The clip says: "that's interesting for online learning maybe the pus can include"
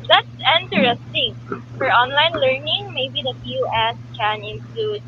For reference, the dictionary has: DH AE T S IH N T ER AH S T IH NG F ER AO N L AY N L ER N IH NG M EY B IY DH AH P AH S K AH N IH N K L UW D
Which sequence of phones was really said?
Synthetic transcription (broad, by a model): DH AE T S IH N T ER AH S T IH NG F ER AO N L AY N L ER N IH NG M EY B IY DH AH F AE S K AH N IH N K L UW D